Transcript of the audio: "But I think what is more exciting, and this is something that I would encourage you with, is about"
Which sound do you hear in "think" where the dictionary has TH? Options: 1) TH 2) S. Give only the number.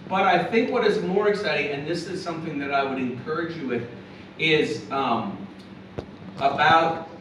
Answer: 1